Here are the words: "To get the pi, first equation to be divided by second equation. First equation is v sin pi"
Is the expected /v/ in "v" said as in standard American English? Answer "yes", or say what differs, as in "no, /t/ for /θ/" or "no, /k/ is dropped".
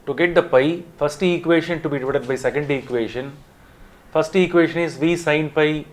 yes